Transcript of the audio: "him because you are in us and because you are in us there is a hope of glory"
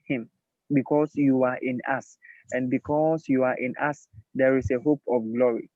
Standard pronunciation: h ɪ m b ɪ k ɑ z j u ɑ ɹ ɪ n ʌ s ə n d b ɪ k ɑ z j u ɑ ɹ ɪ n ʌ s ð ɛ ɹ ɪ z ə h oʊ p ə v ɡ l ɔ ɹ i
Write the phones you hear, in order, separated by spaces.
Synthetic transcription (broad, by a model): h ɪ m b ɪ k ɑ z j u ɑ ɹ ɪ n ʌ s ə n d b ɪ k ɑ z j u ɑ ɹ ɪ n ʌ s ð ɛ ɹ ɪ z ə h oʊ p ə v ɡ l ɔ ɹ i